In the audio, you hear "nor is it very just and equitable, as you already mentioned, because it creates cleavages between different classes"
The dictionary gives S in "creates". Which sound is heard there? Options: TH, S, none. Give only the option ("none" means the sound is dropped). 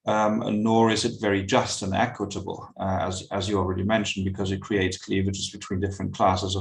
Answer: S